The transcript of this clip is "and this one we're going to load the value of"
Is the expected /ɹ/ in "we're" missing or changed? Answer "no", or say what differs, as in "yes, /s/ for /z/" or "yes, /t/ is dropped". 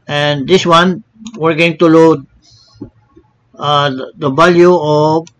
no